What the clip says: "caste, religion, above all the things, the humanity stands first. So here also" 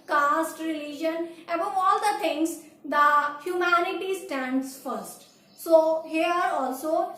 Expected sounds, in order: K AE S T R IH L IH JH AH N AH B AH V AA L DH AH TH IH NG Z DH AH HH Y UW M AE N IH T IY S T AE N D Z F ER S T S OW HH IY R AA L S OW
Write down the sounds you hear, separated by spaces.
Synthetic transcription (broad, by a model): K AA S T R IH L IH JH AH N AH B AH V AA L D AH T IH NG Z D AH HH Y UW M AE N IH T IY S T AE N D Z F ER S T S OW HH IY R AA L S OW